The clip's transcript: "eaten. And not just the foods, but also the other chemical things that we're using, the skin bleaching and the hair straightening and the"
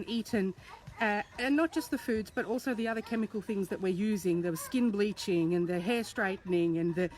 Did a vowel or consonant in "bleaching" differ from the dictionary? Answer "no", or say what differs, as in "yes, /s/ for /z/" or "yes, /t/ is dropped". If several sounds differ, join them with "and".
no